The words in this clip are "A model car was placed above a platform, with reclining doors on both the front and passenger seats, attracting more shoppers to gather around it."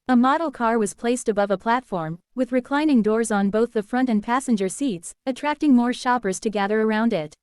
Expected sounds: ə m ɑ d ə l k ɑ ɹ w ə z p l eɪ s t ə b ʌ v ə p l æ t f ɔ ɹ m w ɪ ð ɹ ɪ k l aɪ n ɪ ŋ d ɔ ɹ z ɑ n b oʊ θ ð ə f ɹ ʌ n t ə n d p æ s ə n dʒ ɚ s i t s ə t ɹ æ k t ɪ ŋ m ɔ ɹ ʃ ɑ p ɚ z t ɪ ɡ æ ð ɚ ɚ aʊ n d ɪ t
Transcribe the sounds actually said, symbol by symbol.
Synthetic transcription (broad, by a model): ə m ɑ d l k ɑ ɹ w ə z p l eɪ s t ə b ʌ v ə p l æ t f ɔ ɹ m w ɪ ð ɹ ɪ k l aɪ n ɪ ŋ d ɔ ɹ z n b oʊ θ ð ə f ɹ ʌ n t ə n p æ s ə n dʒ ɚ s i t s ə t ɹ æ k t ɪ ŋ m ɔ ɹ ʃ ɑ p ɚ z t ɪ ɡ æ ð ɚ ɚ aʊ n d ɪ t